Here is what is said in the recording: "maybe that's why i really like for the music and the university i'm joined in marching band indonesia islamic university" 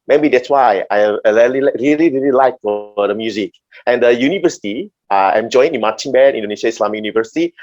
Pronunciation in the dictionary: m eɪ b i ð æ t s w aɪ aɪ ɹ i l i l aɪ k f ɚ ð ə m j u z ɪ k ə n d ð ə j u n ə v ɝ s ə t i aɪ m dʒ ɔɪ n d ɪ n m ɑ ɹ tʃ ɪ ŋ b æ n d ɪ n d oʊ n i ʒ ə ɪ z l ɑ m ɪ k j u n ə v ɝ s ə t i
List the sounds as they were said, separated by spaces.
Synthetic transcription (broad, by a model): m eɪ b i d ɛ t s w aɪ aɪ ɹ i l i l aɪ k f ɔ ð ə m j u z ɪ k ə n d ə j u n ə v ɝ s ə t i aɪ m dʒ ɔɪ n ɪ n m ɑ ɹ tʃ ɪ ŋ b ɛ d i n d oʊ n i ʃ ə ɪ s l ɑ m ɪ k j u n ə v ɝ s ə t i